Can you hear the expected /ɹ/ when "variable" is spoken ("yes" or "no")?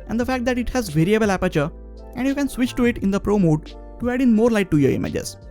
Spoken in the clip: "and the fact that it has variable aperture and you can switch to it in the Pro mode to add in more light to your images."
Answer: yes